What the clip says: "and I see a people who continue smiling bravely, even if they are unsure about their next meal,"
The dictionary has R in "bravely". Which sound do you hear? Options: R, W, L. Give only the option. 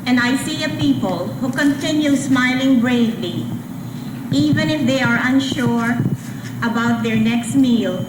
R